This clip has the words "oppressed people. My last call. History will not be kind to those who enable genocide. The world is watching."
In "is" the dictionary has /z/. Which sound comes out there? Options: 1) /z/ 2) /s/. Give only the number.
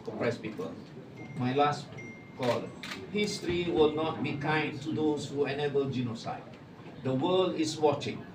2